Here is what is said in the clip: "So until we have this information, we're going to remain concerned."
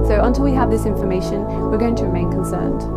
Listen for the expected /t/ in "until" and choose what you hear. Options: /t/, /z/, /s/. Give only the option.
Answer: /t/